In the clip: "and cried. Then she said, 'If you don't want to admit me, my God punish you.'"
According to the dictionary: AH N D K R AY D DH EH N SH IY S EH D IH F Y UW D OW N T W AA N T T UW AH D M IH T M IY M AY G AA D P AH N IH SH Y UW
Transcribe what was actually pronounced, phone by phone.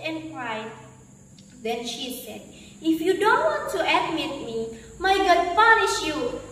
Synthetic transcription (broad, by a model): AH N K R AY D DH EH N SH IY S EH D IH F Y UW D OW N T W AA N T T UW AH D M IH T M IY M AY G AA D F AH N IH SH Y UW